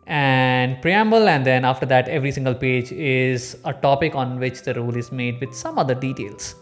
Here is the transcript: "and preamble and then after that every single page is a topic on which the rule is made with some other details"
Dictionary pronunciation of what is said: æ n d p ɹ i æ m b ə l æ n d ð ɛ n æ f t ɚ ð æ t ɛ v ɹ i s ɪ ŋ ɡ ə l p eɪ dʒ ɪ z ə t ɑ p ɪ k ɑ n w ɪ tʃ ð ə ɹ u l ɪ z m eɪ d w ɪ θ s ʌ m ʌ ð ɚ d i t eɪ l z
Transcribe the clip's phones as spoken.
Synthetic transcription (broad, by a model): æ n d p ɹ i æ m b ə l æ n d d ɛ n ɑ f t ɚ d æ t ɛ v ɹ i s ɪ ŋ ɡ ə l p eɪ dʒ ɪ z ə t ɑ p ɪ k ɑ n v ɪ tʃ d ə ɹ u l ɪ z m eɪ d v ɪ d s ʌ m ʌ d ɚ d i t eɪ l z